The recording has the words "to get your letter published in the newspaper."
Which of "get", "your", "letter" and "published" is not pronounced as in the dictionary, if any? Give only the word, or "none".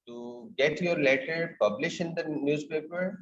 published